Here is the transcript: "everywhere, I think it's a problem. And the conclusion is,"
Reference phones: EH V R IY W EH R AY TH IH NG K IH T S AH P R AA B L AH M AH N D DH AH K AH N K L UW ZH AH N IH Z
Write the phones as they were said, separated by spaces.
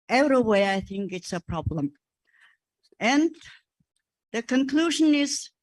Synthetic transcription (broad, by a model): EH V R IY W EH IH AY TH IH NG K IH T S AH P R AA B L AH M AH N DH AH K AH N K L UW ZH AH N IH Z